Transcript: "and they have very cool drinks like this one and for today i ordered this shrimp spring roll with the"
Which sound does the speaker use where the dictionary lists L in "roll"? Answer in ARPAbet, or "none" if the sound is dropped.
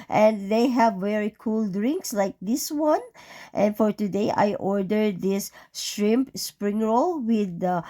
L